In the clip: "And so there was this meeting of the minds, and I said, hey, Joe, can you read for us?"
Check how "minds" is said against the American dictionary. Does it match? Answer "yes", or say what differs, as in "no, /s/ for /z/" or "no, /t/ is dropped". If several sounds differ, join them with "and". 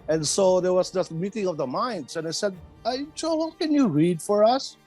no, /s/ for /z/